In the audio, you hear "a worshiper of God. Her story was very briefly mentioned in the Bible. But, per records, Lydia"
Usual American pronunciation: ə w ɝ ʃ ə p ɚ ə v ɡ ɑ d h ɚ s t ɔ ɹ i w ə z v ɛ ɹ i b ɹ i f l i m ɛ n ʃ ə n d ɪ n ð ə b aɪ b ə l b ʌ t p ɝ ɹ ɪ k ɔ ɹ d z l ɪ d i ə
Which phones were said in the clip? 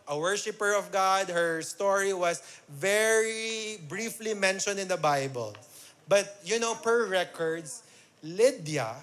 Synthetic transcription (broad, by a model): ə w ɝ ʃ ə p ɚ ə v ɡ ɑ d h ɚ s t ɔ ɹ i w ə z v ɛ ɹ i b ɹ i f l i m ɛ n ʃ ə n d ɪ n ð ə b aɪ b ə l b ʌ t p ɝ ɹ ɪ k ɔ ɹ d s l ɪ d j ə